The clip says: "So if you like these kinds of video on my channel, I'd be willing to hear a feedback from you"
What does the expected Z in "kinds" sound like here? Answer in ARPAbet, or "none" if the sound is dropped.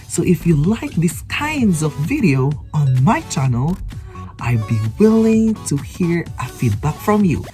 Z